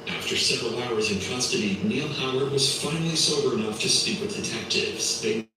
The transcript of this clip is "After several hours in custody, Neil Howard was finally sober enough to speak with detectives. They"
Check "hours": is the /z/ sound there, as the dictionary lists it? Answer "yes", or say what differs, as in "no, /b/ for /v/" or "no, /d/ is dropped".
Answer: yes